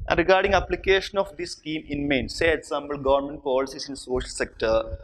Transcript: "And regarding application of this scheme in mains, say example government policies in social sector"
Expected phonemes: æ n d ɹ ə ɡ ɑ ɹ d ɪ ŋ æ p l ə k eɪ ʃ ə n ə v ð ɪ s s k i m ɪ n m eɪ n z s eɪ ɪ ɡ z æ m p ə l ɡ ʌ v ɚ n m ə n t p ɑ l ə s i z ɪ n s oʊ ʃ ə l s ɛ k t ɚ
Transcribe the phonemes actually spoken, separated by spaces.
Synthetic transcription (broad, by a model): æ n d ɹ ə ɡ ɑ ɹ d ɪ ŋ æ p l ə k eɪ ʃ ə n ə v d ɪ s s k i m ɪ n m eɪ n s eɪ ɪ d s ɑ m b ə l ɡ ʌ v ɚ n m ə n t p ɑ l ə s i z ɪ n s oʊ ʃ ə l s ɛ k t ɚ